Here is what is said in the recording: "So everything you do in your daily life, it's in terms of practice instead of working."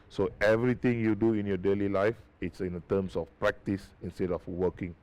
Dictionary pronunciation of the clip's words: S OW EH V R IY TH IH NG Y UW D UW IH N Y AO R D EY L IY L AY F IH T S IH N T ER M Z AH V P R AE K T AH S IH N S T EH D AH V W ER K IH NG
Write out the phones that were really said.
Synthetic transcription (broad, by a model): S OW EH V R IY T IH NG Y UW D UW IH N Y AO D EY L IY L AY F IH T S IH N T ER M S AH F P R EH K T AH S IH N S T EH D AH F W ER K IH NG